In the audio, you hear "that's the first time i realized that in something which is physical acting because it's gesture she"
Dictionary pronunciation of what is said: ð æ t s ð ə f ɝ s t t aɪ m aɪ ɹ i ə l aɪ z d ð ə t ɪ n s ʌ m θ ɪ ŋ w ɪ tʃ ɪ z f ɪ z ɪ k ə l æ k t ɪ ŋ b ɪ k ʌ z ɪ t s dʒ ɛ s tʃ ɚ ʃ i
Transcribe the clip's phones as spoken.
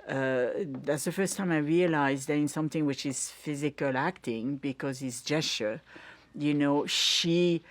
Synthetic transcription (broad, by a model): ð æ t s ð ə f ɝ s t t aɪ m aɪ ɹ i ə l aɪ z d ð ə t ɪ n s ʌ m θ ɪ ŋ w ɪ tʃ ɪ z f ɪ z ɪ k ə l æ k t ɪ ŋ b ɪ k ʌ z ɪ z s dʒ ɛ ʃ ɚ ʃ i